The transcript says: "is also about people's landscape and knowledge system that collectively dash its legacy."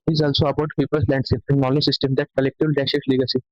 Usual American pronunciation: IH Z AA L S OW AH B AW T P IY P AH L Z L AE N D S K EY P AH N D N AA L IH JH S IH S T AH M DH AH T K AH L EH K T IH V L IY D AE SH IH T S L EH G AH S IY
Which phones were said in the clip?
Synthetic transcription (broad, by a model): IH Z AA L S OW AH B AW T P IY P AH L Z L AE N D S EY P AH N D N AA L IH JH S IH S T AH M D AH T K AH L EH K T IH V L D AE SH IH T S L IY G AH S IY